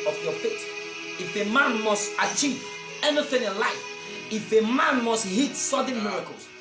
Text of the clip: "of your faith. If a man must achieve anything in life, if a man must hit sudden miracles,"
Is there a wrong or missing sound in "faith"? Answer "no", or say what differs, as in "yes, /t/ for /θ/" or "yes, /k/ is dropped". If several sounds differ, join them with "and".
yes, /t/ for /θ/